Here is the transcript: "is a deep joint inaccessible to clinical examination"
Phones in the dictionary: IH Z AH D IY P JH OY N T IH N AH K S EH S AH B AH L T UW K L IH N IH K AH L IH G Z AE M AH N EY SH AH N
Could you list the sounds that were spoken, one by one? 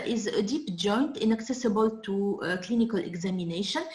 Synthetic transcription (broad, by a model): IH Z AH D IY P JH OY N T IH N AH K S EH S AH B AH L T UW K L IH N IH K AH L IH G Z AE M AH N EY SH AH N